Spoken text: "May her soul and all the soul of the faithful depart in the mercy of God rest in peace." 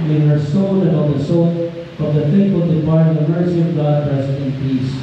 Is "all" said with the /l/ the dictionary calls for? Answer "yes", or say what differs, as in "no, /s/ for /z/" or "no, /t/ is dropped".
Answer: no, /n/ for /l/